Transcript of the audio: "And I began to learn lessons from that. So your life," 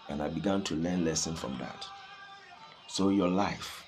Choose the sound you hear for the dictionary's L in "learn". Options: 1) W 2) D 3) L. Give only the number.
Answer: 3